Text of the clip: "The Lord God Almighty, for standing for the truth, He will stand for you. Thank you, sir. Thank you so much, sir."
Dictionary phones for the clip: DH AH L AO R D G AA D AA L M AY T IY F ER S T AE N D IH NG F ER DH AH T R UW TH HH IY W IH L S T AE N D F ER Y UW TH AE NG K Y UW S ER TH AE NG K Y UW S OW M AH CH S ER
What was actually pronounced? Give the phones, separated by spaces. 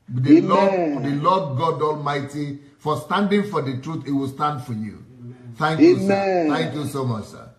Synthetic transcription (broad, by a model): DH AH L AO L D G AA D AA L M AY T IY F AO S T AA N D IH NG F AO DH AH T R UW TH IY W IH L S T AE N D F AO Y UW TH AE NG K Y UW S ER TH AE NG K Y UW S OW M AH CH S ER